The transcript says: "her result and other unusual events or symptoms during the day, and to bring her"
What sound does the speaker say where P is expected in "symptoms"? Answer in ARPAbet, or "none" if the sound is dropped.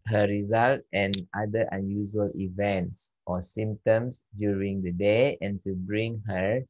none